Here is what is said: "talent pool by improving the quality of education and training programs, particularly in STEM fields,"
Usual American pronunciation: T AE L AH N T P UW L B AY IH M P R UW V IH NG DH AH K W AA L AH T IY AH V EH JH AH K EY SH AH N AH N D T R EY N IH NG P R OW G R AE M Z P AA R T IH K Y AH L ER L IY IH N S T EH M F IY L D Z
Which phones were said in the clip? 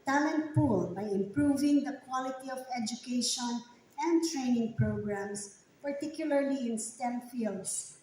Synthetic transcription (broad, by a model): T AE L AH N T P UW L B AY IH M P R UW V IH NG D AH K W AA L AH T IY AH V EH JH AH K EY SH AH N AH N D T R EY N IH NG P R OW G R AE M S P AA R T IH K Y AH L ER L IY IH N S T EH M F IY L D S